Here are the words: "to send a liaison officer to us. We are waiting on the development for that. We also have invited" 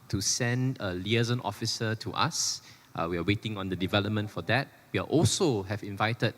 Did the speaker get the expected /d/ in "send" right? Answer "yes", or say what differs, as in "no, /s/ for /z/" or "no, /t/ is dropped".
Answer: yes